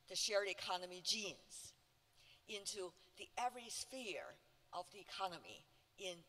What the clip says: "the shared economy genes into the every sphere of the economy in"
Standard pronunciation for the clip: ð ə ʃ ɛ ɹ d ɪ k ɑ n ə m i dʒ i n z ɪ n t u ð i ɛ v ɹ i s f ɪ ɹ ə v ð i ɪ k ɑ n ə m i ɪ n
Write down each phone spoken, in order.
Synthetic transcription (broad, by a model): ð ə ʃ ɛ ɹ d ɪ k ɑ n ə m i dʒ i n z ɪ n t u ð i ɛ v ɹ i s f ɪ ɹ ə v ð i ɪ k ɑ n ə m i ɪ n